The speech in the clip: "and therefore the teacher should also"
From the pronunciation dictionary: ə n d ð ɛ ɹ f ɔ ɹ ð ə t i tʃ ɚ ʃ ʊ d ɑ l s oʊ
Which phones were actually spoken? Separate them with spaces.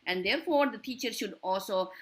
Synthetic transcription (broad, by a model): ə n d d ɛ ɹ f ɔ ɹ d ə t i tʃ ɚ ʃ ʊ d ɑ l s oʊ